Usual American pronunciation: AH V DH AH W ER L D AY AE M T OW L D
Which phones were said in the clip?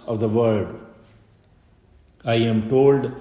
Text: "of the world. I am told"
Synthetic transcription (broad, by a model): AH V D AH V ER D AY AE M T OW L D